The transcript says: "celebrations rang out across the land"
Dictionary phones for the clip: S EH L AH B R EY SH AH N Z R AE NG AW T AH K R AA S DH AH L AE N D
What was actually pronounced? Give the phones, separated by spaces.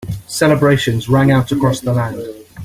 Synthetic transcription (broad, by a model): S EH L AH B R EY SH AH N Z R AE NG AW T AH K R AA S DH AH L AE N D